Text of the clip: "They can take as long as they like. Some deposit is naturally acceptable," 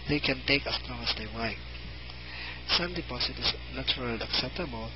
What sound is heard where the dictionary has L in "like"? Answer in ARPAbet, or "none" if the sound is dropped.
W